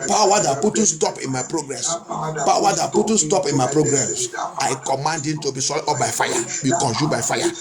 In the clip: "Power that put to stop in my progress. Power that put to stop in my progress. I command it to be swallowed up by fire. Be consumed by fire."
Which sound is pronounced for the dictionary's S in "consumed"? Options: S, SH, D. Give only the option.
SH